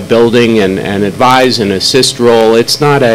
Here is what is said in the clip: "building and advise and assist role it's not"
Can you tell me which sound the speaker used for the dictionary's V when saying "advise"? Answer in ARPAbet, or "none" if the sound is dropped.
V